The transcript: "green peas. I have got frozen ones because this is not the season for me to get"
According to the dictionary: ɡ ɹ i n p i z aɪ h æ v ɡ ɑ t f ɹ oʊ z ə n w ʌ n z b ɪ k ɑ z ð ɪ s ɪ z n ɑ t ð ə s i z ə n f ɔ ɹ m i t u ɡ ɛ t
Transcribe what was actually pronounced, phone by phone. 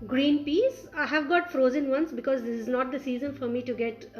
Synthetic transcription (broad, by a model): ɡ ɹ i n p i s aɪ h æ v ɡ ɑ t f ɹ oʊ z ə n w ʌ n s b ɪ k ɑ z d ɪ s ɪ z n ɑ t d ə s i z ə n f ɔ ɹ m i t u ɡ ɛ t